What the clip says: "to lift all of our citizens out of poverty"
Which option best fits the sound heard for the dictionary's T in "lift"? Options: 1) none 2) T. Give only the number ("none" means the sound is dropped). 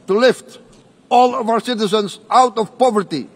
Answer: 2